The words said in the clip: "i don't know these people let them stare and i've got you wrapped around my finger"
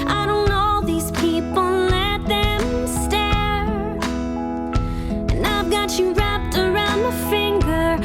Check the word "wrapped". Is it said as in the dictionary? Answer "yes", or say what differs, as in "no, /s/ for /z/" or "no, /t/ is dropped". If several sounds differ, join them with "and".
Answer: yes